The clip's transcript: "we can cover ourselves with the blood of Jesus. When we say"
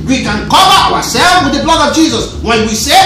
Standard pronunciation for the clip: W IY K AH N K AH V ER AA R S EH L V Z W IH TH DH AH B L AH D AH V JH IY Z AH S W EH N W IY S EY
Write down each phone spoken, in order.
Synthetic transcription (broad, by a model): W IY K AH N K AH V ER AA W S EH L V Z W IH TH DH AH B L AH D AH V JH IY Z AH S W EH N W IY S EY